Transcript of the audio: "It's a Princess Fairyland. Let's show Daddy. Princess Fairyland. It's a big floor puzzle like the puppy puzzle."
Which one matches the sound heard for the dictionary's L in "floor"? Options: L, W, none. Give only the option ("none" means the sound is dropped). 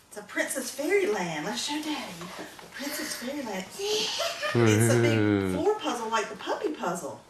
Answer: none